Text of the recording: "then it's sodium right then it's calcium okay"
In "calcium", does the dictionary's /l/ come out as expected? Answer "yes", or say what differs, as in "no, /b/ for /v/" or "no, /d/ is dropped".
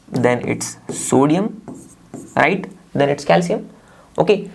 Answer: yes